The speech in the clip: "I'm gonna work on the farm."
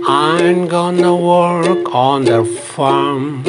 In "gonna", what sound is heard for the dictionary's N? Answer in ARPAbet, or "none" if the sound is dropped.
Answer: N